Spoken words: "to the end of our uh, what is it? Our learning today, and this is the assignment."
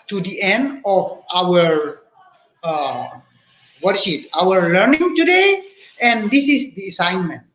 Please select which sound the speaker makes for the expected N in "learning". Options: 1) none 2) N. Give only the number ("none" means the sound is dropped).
2